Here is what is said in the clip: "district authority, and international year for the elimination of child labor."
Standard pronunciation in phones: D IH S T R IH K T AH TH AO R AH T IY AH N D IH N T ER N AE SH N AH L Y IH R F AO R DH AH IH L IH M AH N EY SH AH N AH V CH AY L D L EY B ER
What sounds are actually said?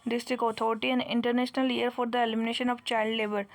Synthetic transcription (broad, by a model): D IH S T R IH K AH T AO R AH T IY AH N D IH N T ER N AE SH N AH L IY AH R F AO R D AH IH L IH M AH N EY SH AH N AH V CH AY L D L EY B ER